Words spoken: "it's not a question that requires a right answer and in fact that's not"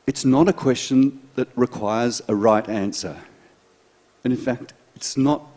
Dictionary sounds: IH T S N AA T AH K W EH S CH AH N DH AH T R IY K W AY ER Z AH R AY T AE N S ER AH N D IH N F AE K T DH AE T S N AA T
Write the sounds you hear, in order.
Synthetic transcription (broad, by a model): IH T S N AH T AH K W EH S CH AH N DH AH T R IY K W AY ER Z AH R AY T AE N S ER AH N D IH N F AE K T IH T S N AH T